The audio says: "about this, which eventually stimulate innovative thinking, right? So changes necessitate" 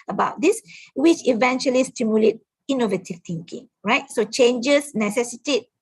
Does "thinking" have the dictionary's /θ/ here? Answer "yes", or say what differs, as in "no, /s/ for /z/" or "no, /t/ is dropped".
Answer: no, /t/ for /θ/